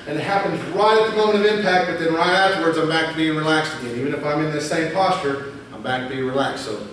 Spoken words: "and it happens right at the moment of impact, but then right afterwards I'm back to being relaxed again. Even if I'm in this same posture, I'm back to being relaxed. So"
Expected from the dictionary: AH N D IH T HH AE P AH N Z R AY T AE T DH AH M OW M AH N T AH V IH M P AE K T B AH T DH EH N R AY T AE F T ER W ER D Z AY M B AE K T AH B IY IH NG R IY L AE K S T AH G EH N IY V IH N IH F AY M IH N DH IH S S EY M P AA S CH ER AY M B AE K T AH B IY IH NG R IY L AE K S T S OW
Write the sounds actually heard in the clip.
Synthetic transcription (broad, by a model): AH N IH T HH AE P AH N Z R AY T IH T DH AH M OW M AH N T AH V IH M P AE K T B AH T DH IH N R AY T AE F T ER W ER D Z AY M B AE K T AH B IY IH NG R IY L AE K S T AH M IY IY V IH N IH F AY M IH N DH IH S S EY M P AA S CH ER AY M B AE K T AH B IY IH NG R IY L AE K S S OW